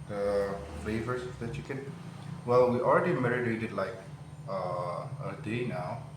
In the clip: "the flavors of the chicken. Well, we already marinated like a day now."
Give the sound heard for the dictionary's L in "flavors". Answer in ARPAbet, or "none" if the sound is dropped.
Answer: none